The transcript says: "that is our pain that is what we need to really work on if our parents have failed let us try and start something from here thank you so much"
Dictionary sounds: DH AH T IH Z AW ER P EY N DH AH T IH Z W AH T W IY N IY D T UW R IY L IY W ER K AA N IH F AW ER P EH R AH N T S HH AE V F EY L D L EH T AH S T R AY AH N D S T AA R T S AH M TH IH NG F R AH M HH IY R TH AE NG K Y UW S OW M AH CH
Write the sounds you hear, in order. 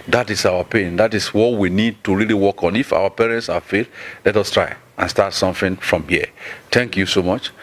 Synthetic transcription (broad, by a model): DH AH T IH S AW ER P EY N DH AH T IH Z W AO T W IY N IY D T UW R IY L IY W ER K AA N IH F AW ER P EH R AH N T S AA F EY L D L EH T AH S T R AY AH N S T AA T S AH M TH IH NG F R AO M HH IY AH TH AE NG K Y UW S OW M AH CH